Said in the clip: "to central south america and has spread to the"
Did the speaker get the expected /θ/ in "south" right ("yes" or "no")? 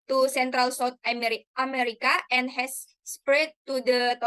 no